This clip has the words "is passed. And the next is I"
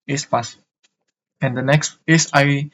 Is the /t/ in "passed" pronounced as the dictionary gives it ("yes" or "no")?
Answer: no